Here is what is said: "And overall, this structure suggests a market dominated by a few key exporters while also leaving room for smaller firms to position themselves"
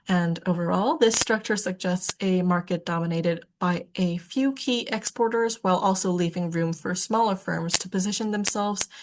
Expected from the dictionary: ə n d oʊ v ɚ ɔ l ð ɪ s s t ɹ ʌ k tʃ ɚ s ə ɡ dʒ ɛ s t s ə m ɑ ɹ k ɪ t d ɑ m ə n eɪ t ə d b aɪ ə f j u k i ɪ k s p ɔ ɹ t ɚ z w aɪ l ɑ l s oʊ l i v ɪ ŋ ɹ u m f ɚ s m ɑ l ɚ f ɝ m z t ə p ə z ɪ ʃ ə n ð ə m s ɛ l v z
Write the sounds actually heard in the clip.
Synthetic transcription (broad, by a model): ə n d oʊ v ɚ ɔ l ð ɪ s s t ɹ ʌ k tʃ ɚ s ə ɡ dʒ ɛ s t s ə m ɑ ɹ k ɪ t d ɑ m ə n eɪ t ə d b aɪ ə f j u k i ɪ k s p ɔ ɹ t ɚ z w aɪ l ɑ l s oʊ l i v ɪ ŋ ɹ u m f ɚ s m ɑ l ɚ f ɝ m z t ə p ə z ɪ ʃ ə n ð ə m s ɛ l v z